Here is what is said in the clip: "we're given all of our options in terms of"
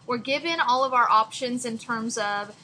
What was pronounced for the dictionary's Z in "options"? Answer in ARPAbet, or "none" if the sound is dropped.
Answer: Z